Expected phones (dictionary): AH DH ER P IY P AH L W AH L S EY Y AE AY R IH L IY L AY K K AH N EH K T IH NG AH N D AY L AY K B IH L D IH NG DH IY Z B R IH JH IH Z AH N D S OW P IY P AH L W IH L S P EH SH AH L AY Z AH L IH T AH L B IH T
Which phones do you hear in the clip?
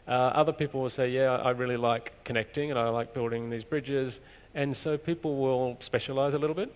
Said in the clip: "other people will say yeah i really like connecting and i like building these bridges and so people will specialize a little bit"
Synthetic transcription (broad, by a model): AH DH ER P IY P L W AH L S EY Y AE AY R IH L IY L AY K K AH N EH K T IH NG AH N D AY L AY K B IH L D IH NG DH IY Z B R IH JH IH Z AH N S OW P IY P L W IH L S P EH SH AH L AY Z AH L IH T L B IH T